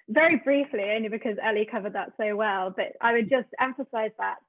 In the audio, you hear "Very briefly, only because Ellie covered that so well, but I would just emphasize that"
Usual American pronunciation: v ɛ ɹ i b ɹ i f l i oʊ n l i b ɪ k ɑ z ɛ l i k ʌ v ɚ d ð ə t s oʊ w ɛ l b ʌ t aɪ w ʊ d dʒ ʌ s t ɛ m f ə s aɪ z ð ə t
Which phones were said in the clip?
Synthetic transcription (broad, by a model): v ɛ ɹ i b ɹ i f l i oʊ n l i b ɪ k ɑ z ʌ l i k ʌ v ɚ d ð ə t s oʊ w ɛ l b ʌ t aɪ w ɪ d dʒ ʌ s t ɛ m f ə s aɪ z ð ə t